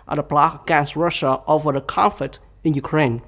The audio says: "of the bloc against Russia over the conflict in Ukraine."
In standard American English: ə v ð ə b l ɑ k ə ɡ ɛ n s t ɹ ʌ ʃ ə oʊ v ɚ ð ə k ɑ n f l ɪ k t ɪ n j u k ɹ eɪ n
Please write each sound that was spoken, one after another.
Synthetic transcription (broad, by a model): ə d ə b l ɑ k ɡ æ s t ɹ ʌ ʃ ə oʊ v ɚ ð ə k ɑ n f l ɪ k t ɪ n j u k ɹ eɪ n